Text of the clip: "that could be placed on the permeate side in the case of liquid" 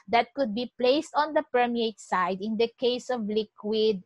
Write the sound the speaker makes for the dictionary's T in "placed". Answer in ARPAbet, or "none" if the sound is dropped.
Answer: T